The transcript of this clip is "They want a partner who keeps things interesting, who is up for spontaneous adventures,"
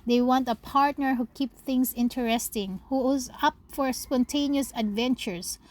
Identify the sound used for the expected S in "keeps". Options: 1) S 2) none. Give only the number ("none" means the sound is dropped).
2